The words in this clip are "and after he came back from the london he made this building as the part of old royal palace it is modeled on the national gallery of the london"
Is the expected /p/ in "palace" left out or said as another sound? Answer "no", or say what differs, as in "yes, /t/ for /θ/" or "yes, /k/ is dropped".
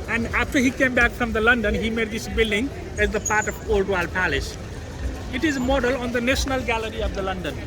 no